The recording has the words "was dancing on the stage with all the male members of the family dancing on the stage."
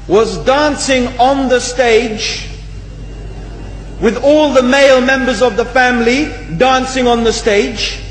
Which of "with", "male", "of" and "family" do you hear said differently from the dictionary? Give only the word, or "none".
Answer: none